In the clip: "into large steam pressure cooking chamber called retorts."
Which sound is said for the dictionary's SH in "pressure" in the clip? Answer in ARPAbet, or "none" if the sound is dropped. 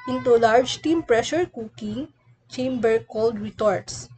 SH